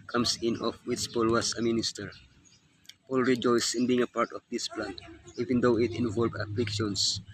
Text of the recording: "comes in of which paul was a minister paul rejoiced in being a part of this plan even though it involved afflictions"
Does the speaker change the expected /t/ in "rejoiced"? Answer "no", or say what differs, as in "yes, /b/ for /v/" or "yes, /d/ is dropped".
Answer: yes, /t/ is dropped